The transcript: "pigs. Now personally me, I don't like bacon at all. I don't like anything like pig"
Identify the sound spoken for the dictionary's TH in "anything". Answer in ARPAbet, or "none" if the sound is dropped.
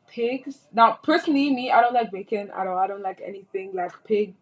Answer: TH